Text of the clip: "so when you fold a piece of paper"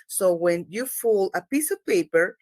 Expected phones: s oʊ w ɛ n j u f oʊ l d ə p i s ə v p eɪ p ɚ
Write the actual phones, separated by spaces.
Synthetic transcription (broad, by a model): s oʊ w ɛ n j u f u l ə p i s ə v p eɪ p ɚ